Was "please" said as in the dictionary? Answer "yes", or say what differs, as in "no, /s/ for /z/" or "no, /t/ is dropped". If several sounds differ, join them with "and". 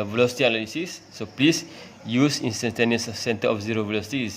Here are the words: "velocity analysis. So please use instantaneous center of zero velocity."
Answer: no, /s/ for /z/